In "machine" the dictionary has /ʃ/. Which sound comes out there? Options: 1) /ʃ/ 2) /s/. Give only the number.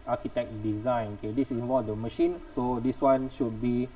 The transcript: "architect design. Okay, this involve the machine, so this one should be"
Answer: 1